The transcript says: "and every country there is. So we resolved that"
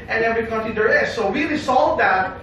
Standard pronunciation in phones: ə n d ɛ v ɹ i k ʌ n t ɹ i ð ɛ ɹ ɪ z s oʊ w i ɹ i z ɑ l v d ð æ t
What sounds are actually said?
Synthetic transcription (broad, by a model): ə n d ɛ v ɹ i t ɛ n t i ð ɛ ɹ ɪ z s oʊ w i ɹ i s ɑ l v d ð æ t